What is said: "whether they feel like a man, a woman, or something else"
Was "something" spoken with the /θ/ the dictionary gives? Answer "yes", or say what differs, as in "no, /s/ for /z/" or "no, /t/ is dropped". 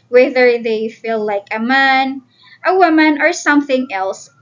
yes